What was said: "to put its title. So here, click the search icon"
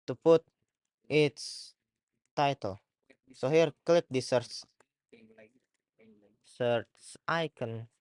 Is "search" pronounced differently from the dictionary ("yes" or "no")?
yes